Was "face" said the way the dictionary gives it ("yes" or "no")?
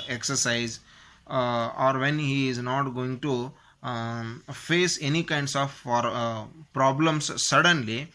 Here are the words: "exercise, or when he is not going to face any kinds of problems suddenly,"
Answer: yes